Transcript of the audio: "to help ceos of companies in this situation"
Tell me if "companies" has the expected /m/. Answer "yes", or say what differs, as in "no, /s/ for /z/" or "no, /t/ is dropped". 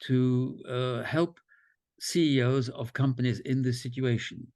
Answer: yes